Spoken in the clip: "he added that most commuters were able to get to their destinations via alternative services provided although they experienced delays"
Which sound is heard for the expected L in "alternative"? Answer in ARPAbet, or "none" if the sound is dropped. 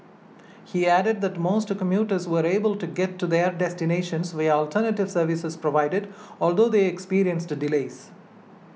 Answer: L